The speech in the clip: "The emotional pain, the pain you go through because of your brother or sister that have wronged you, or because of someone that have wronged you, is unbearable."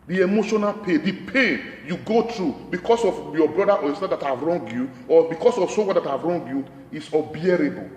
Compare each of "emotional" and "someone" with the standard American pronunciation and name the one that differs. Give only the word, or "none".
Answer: someone